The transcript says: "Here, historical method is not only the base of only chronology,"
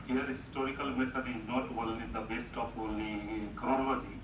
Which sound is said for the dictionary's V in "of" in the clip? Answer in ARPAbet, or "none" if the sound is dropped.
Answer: P